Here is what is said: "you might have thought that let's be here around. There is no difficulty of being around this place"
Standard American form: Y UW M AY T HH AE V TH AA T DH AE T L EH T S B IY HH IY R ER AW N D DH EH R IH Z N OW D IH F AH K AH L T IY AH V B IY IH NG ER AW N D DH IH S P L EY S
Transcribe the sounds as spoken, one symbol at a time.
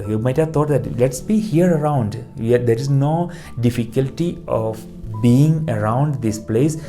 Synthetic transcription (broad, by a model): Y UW M AY T HH AE V T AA T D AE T L EH T S B IY HH IY R ER AW N D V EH R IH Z N OW D IH F AH K AH L T IY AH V B IY IH NG ER AW N D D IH S P L EY S